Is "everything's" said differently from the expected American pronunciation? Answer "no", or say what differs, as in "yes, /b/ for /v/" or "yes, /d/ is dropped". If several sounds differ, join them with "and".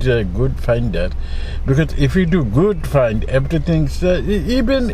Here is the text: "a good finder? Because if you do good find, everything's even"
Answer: yes, /t/ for /θ/